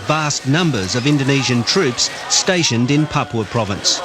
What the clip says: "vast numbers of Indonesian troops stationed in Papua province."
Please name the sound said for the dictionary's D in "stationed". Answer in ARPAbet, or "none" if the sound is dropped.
D